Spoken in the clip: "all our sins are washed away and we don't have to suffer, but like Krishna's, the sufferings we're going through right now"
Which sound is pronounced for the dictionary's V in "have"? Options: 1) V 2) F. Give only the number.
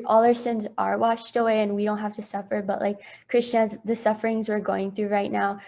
2